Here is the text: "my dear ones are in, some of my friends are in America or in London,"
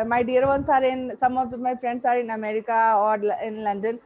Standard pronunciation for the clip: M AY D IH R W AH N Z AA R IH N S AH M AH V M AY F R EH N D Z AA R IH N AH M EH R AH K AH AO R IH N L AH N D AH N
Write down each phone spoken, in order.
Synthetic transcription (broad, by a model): M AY D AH R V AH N S AA R IH N S AH M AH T M AY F R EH N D S AA R IH N AH M EH R AH K AH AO L IH N L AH N D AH N